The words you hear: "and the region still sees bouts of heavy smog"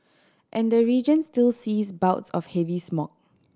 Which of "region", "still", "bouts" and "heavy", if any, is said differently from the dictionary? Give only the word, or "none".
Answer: none